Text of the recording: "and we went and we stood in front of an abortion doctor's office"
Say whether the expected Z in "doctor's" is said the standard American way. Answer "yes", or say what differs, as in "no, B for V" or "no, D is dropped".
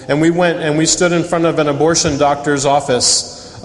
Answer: yes